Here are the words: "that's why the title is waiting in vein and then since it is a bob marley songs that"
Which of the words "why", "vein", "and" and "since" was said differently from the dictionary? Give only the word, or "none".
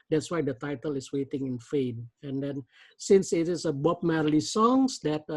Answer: vein